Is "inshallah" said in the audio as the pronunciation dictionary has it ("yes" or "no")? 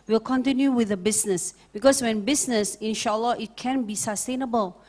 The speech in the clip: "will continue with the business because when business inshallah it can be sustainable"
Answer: yes